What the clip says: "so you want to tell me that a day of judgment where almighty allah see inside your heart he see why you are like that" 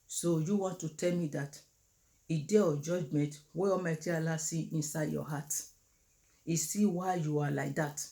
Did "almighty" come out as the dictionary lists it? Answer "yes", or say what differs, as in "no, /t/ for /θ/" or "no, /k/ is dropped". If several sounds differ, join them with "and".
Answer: no, /l/ is dropped